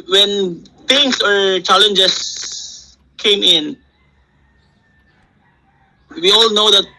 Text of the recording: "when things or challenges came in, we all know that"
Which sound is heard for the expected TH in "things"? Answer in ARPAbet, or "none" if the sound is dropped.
T